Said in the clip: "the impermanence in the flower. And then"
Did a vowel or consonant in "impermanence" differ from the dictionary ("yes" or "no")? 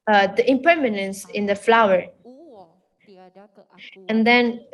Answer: no